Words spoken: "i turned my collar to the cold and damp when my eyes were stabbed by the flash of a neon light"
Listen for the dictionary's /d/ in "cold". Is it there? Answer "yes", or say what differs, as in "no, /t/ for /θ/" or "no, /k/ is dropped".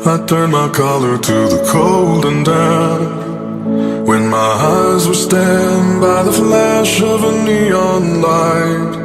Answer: yes